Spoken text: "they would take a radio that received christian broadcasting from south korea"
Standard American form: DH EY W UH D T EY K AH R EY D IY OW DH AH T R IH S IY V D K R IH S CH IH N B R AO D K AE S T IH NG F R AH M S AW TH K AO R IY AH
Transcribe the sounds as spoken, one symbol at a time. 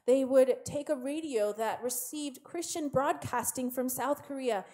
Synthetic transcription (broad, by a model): DH EY W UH D T EY K AH R EY D IY OW DH AH T R IH S IY V D K R IH S CH IH N B R AO D K AE S T IH NG F R AH M S AW TH K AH R IY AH